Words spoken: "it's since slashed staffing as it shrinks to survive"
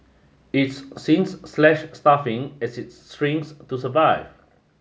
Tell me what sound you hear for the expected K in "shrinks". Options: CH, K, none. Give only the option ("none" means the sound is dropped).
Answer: none